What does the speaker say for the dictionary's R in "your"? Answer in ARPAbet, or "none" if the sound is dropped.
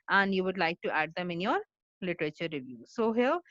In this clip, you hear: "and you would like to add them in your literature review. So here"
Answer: R